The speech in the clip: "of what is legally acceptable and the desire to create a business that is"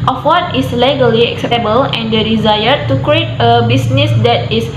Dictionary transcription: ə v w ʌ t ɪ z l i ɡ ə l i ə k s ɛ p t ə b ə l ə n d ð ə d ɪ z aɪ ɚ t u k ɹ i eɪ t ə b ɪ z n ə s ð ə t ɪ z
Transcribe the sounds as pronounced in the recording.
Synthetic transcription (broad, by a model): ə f w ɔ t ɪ s l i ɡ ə l i ə k s ɛ p t ə b ə l ə n d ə d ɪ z aɪ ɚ t u k ɹ i eɪ t ə b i s n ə s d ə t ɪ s